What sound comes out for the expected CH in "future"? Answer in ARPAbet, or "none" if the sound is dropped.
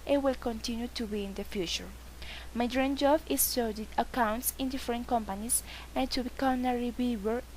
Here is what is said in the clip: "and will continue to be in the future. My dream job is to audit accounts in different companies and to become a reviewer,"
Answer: CH